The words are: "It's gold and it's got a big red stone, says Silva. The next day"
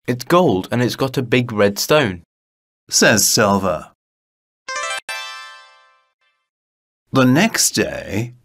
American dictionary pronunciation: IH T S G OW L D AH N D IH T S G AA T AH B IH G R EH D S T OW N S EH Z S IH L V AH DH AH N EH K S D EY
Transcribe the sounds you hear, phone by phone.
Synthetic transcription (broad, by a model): IH T S G OW L D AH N IH T S G AA T AH B IH G R EH D S T OW N S EH Z S IH L V AH DH AH N EH K S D EY